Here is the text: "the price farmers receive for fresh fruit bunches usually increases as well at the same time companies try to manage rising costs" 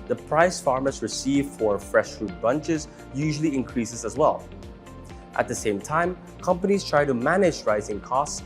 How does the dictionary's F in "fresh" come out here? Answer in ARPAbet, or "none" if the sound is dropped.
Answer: F